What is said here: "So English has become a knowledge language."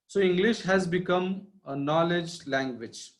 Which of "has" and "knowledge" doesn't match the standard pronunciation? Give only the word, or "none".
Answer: none